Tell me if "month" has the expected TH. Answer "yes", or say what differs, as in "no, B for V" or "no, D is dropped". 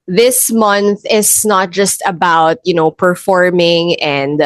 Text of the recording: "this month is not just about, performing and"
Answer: yes